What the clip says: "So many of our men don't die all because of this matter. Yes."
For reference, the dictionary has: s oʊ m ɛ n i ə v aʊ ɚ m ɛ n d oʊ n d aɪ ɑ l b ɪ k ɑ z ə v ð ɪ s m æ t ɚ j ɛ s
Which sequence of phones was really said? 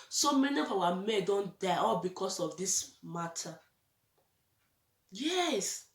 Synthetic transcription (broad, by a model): s oʊ m ɛ n i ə f aʊ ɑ m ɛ d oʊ n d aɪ ɑ l b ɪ k ɑ s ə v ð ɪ s m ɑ t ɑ j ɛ s